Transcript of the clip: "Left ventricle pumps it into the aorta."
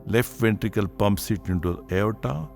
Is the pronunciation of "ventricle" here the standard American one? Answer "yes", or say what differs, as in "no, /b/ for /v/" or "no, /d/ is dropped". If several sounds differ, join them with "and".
yes